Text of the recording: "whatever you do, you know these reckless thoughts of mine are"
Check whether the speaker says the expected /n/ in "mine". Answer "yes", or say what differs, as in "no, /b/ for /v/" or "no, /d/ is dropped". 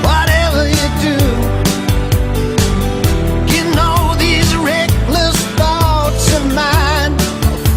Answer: yes